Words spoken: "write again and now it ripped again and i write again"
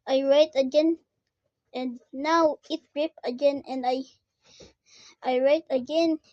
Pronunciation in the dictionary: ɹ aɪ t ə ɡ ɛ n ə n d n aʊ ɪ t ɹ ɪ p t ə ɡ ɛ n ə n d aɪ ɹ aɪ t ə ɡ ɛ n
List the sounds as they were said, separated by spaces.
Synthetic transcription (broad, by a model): ɹ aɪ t ə ɡ ɛ n ə n d n aʊ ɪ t ɹ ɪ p ə ɡ ɛ n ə n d aɪ ɹ aɪ t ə ɡ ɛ n